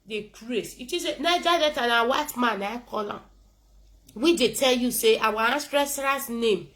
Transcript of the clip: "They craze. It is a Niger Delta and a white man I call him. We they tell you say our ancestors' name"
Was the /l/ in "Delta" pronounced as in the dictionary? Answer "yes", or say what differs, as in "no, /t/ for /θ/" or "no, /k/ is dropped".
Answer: no, /l/ is dropped